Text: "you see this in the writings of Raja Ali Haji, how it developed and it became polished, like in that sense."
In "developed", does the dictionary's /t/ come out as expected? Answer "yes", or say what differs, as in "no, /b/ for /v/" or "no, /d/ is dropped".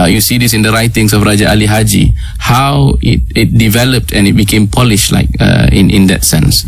yes